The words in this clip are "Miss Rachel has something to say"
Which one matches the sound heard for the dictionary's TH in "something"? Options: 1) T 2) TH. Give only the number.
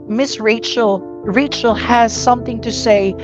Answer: 2